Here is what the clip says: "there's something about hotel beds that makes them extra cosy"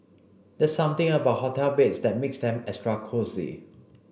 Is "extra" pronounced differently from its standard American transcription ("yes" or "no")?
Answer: yes